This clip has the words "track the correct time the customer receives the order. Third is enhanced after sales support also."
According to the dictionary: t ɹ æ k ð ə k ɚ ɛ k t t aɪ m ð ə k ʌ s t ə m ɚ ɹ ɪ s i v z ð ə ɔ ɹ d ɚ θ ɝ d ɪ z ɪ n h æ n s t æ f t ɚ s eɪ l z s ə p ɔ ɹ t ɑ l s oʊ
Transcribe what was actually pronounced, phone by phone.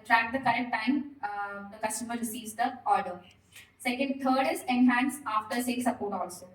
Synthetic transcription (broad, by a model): t ɹ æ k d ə k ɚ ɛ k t t aɪ m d ə k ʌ s t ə m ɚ ɹ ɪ s i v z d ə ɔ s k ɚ t ɝ d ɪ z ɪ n h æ n s ɑ f t ɚ s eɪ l s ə p ɔ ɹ t ɑ l s oʊ